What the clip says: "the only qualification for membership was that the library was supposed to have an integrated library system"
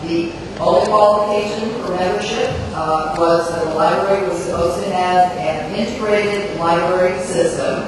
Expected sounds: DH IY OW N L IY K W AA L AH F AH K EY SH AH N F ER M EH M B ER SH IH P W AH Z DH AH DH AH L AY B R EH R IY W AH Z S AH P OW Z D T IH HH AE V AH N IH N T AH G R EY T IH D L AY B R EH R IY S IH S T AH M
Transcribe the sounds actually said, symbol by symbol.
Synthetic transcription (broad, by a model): DH IY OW L K W AA L AH F AH K EY SH AH N F ER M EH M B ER SH IH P W AH Z DH AH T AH L AY B R EH R IY W AH Z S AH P OW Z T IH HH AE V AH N IH N T AH G R EY T IH D L AY B R EH R IY S IH S T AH M